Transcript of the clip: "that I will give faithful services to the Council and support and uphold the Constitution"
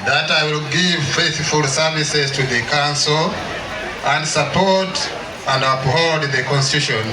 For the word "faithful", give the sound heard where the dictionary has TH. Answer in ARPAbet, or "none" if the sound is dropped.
TH